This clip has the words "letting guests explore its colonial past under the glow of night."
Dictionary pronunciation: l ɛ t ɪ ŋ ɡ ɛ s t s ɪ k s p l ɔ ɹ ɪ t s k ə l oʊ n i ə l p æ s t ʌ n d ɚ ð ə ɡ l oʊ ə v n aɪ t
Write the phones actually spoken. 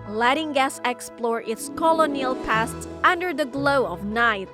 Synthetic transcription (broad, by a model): l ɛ t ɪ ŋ ɡ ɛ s s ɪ k s p l ɔ ɹ ɪ t s k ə l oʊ n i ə l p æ s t ʌ n d ɚ ð ə ɡ l oʊ ə v n aɪ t